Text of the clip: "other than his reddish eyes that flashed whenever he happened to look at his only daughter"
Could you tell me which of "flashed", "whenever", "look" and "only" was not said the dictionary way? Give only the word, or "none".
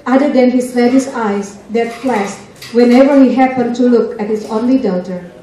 flashed